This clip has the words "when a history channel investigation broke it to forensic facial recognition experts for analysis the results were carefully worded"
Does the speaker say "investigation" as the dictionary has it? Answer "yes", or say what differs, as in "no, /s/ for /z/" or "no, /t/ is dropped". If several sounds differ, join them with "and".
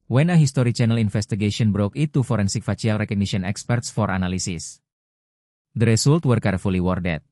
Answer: no, /f/ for /v/